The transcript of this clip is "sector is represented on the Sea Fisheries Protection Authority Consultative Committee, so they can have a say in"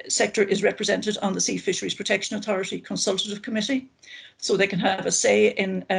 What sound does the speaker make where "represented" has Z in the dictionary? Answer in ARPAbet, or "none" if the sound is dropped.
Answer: Z